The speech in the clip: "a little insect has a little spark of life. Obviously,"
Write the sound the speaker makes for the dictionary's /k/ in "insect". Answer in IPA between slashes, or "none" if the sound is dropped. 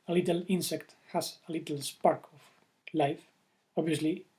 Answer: /k/